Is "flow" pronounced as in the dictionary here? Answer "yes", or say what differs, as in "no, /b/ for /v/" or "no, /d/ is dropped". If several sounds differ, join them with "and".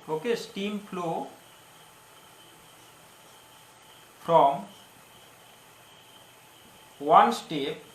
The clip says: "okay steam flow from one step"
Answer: no, /p/ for /f/